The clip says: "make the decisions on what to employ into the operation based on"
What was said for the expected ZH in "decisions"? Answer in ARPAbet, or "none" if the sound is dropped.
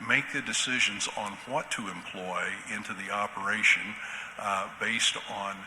ZH